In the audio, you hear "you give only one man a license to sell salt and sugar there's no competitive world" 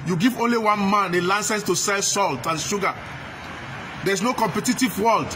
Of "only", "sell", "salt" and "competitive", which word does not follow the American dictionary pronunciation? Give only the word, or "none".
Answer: none